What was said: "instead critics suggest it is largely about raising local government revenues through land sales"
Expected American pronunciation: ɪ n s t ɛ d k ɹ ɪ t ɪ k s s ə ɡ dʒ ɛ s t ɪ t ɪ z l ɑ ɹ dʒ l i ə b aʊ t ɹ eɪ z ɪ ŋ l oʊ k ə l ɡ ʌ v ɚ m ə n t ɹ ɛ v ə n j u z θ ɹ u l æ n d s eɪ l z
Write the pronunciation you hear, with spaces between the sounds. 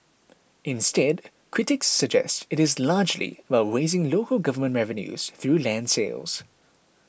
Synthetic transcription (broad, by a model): ɪ n s t ɛ d k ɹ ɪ t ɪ k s s ə ɡ dʒ ɛ s t ɪ t ɪ z l ɑ dʒ l i ə b aʊ t ɹ eɪ z ɪ ŋ l oʊ k ə l ɡ ʌ v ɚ m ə n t ɹ ɛ v ə n j u z θ ɹ u l æ n d s eɪ l z